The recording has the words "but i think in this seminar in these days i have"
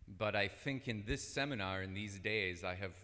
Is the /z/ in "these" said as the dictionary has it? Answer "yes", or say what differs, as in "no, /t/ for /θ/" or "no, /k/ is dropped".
yes